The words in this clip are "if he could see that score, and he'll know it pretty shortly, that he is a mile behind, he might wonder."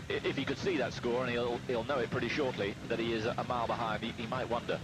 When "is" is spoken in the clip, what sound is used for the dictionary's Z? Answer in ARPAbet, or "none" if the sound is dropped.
Z